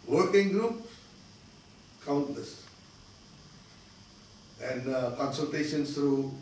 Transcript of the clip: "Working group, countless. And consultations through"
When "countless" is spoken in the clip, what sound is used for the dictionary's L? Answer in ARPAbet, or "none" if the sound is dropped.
none